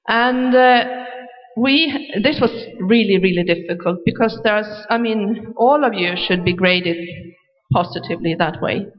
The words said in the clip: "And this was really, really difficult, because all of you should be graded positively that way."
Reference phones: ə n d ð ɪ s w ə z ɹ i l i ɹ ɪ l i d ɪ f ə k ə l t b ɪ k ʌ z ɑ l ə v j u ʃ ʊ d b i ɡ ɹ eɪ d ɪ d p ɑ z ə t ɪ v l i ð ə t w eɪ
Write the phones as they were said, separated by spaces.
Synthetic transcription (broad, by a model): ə n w ð ɪ s w ə z ɹ i l i ɹ ɪ l i d ɪ f ə k ə l t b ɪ k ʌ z ɑ l ə v j u ʃ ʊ d b i ɡ ɹ eɪ d ɪ d p ɑ z ə t ɪ v l i ð ə t w eɪ